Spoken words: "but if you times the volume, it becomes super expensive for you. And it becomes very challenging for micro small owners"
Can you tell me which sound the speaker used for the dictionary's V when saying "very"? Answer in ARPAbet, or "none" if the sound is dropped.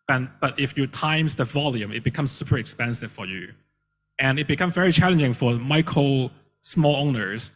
V